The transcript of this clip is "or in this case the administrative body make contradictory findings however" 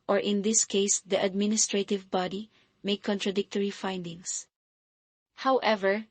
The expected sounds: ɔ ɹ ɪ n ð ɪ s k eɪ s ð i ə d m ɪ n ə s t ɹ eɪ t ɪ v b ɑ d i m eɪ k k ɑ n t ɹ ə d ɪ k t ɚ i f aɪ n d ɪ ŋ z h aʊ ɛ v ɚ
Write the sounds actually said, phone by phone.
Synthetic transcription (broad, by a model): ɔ ɹ ɪ n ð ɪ s k eɪ s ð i ə d m ɪ n ə s t ɹ eɪ t ɪ v b ɑ d i m eɪ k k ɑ n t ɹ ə d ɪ k t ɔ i f aɪ n d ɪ ŋ s h aʊ ɛ v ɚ